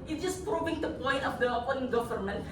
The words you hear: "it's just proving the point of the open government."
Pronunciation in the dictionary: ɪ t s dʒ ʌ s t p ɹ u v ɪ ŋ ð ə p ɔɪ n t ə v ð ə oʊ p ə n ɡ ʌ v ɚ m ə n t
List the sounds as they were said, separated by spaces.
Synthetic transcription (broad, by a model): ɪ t dʒ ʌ s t p ɹ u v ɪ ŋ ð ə p ɔɪ n t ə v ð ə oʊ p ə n ɡ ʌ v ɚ m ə n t